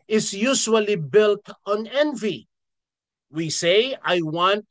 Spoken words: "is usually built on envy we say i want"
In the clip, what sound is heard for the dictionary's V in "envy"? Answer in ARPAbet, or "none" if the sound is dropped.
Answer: V